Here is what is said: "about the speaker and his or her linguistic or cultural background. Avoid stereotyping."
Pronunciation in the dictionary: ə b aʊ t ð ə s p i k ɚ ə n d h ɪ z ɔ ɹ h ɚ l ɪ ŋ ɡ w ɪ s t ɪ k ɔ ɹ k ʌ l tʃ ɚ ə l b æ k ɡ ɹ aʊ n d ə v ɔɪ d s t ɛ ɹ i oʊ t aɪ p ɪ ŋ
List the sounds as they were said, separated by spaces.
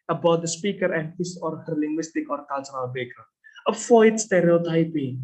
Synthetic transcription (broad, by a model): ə b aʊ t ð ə s p i k ɚ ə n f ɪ s ɔ ɹ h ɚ l ɪ ŋ ɡ w ɪ s t ɪ k ɔ ɹ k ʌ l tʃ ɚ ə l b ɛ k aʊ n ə f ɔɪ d s t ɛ ɹ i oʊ t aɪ p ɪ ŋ